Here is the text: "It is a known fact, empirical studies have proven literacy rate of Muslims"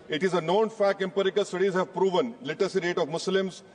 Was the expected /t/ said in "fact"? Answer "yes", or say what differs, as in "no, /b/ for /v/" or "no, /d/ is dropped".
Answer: no, /t/ is dropped